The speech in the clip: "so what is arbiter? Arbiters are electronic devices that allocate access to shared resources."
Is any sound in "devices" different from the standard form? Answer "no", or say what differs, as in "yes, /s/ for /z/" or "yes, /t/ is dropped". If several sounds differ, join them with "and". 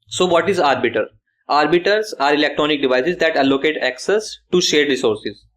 no